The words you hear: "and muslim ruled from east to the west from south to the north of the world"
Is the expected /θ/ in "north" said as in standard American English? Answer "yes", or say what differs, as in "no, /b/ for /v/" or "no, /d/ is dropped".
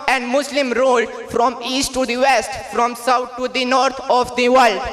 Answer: no, /t/ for /θ/